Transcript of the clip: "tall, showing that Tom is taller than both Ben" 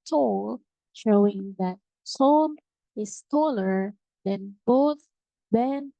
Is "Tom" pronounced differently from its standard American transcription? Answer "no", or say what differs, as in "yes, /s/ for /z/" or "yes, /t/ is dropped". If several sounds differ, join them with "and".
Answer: yes, /s/ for /t/